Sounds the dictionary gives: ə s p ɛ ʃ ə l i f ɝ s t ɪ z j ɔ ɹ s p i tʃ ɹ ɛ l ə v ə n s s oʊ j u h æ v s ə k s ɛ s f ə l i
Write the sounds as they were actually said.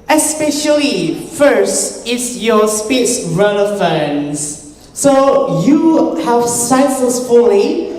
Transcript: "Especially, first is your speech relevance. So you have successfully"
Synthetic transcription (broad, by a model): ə s p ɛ ʃ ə l i f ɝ s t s j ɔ s p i s ɹ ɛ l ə f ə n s s oʊ j u h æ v s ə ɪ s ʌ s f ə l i